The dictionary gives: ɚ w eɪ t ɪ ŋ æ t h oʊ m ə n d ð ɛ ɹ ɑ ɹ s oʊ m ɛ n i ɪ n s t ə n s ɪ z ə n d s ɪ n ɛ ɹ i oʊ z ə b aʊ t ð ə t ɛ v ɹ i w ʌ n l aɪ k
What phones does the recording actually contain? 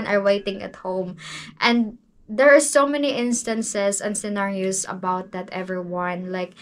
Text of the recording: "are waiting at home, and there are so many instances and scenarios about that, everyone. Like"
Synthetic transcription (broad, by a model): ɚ w eɪ t ɪ ŋ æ t h oʊ m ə n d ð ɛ ɹ ɑ ɹ s oʊ m ɛ n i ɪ n s t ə n s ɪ s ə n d s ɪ n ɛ ɹ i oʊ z ə b aʊ t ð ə t ɛ v ɹ i w ʌ n l aɪ k